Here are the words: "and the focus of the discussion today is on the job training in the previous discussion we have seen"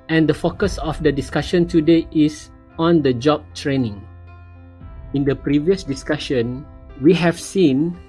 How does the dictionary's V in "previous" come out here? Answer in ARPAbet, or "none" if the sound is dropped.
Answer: V